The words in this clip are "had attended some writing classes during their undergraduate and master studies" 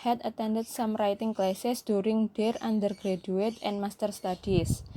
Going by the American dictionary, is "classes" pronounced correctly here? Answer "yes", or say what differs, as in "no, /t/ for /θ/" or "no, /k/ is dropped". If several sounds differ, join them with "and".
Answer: no, /s/ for /z/